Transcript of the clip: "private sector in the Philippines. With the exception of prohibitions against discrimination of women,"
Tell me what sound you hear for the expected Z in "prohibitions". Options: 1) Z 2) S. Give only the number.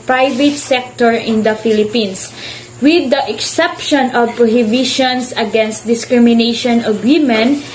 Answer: 2